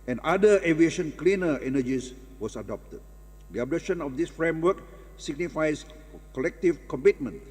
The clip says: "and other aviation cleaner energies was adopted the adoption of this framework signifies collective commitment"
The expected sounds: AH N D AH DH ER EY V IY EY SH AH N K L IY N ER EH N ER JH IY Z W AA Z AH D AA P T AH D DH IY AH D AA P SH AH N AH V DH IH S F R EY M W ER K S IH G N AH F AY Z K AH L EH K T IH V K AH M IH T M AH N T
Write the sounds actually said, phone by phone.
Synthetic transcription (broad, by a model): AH N D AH ER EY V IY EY SH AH N K L IY N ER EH N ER JH IY S W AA S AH D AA P T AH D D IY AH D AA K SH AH N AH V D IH S F R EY M W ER K S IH G N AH F AY S K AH L EH K T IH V K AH M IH T M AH N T